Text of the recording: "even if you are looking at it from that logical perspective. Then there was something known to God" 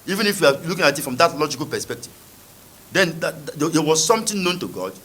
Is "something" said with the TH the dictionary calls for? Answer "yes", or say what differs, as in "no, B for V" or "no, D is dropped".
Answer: no, T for TH